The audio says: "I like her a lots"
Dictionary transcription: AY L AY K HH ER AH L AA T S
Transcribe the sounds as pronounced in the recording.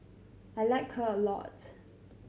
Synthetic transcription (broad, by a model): AY L AY K HH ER AH L AA T